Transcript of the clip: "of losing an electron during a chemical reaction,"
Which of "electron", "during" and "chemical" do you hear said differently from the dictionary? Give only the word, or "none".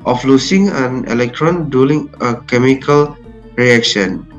during